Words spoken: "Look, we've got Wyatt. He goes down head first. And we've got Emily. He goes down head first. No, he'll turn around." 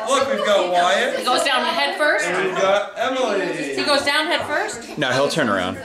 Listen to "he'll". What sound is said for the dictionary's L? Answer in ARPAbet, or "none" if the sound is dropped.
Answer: L